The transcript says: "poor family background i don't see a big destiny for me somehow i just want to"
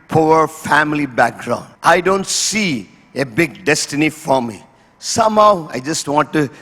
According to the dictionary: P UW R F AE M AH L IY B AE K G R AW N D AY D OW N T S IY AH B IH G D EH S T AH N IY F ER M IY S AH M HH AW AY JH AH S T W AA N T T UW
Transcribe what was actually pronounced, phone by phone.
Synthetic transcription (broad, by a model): P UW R F AE M AH L IY B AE K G R AW N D AY D OW N T S IY AH B IH G D EH S T AH N IY F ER M IY S AH M HH AW AY JH AH S T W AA N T T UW